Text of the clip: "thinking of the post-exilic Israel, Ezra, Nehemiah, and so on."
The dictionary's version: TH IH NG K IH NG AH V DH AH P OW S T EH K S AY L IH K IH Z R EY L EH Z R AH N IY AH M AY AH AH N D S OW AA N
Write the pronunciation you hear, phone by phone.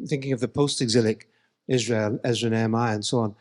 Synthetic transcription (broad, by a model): TH IH NG K IH NG AH V DH AH P OW S T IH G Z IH L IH K IH Z R EY L EH Z R AH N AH M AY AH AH N S OW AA N